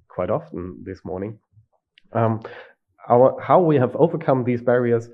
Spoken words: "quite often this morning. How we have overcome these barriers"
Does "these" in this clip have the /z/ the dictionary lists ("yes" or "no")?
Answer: yes